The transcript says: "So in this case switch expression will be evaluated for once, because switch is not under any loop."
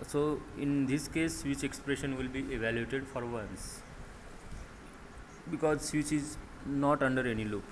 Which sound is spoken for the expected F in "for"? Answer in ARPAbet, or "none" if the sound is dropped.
F